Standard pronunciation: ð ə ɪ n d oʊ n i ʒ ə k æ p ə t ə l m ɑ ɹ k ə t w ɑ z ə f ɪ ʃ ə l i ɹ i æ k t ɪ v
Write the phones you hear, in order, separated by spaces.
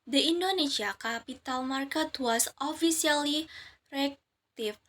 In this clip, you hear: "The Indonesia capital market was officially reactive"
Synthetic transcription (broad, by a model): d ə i n d oʊ n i s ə k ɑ p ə t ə l m ɑ ɹ k ə t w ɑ s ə f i s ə l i ɹ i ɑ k t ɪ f